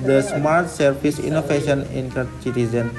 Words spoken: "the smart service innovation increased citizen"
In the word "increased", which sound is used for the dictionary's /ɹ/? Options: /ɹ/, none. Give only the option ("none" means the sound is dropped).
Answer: none